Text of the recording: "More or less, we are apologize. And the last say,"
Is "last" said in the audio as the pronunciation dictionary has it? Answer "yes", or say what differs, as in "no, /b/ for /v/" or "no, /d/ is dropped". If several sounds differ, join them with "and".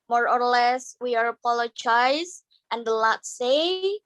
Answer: no, /s/ is dropped